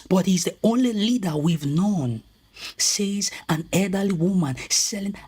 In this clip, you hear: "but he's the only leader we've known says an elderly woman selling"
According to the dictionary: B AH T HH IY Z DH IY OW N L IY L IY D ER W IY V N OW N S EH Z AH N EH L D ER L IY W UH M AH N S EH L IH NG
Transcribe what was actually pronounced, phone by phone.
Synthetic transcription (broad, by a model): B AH T HH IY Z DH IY OW N L IY L IY D ER W IY V N OW N S EH Z AH N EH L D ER L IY W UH M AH N S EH L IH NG